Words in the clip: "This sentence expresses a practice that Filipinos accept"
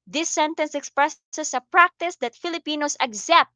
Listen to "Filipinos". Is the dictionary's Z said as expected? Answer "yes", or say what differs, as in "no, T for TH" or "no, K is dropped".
no, S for Z